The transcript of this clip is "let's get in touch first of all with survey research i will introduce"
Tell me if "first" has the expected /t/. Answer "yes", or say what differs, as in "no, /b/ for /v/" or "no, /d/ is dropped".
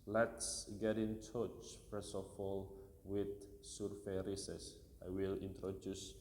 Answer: no, /t/ is dropped